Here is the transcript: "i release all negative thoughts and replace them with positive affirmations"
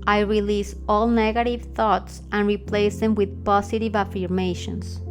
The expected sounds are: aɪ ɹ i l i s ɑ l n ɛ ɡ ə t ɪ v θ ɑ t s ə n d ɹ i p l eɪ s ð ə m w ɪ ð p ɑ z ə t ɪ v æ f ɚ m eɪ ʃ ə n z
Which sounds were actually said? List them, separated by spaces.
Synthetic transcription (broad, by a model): aɪ ɹ i l i s ɑ l n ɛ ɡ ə t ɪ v θ ɑ t s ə n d ɹ i p l eɪ s ð ə m w ɪ ð p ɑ s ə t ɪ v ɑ f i m eɪ ʃ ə n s